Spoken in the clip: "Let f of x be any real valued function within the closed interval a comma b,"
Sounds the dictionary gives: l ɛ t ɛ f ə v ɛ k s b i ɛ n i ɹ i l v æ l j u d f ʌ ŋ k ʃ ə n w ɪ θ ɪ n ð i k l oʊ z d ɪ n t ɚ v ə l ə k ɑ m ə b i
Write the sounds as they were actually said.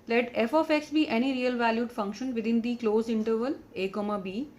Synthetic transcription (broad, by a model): l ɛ t ɛ f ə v ɛ k s b i ɛ n i ɹ i l v æ l j u d f ʌ ŋ k ʃ ə n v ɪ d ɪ n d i k l oʊ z ɪ n t ɚ v ə l ə k ɑ m ə b i